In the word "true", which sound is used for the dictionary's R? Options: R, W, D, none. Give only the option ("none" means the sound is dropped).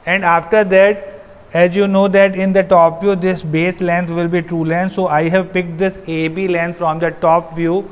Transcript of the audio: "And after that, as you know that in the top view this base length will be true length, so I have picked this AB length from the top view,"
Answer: R